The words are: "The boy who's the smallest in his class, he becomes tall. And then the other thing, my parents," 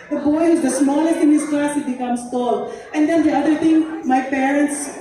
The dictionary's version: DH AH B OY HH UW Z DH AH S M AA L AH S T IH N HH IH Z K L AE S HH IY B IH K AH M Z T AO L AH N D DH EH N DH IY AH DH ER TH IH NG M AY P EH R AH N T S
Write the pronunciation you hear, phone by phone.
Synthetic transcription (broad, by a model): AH B OY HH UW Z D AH S M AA L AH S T IH N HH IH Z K L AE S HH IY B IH K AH M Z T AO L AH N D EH N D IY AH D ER T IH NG M AY P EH R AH N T S